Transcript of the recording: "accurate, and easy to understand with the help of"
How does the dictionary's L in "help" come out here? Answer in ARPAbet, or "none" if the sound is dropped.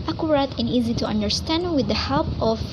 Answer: L